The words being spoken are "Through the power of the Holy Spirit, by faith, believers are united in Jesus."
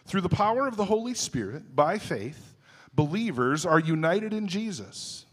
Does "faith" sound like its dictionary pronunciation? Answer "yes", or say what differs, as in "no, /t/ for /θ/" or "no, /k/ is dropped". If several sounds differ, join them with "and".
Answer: yes